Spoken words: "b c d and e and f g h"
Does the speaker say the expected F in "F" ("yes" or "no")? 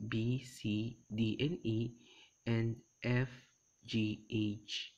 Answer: yes